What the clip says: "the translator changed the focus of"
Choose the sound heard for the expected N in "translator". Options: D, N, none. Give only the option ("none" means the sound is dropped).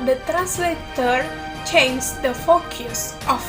N